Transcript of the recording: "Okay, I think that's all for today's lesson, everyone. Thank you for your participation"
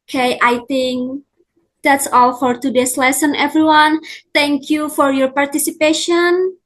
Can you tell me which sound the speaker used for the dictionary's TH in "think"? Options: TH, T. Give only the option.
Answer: T